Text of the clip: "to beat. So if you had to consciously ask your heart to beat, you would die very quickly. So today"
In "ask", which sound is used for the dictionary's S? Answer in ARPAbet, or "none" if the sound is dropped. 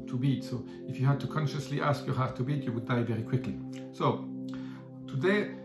S